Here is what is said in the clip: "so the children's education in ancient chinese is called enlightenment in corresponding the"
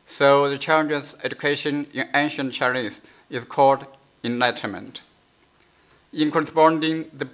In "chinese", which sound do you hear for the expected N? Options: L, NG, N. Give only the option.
L